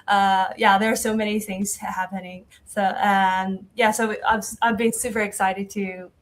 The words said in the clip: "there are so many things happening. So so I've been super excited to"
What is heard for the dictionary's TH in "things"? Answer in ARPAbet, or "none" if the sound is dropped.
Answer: TH